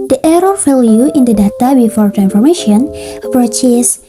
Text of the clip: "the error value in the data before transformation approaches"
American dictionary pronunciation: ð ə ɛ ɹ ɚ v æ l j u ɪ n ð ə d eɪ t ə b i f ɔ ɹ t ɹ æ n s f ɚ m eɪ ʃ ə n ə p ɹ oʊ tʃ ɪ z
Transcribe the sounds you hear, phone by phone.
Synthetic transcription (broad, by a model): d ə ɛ ɹ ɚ f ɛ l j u ɪ n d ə d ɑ t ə b i f ɔ ɹ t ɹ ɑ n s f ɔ m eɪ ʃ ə n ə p ɹ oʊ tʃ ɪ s